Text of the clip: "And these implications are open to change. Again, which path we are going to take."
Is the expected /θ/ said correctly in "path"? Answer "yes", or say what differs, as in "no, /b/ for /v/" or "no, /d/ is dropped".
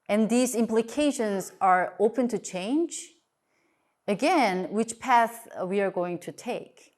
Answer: yes